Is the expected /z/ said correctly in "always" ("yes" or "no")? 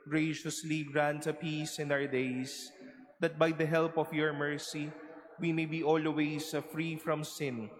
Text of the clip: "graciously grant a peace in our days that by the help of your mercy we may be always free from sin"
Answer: no